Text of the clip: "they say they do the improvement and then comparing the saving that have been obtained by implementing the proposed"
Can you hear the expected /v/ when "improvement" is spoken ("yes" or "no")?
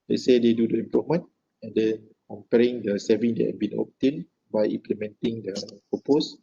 no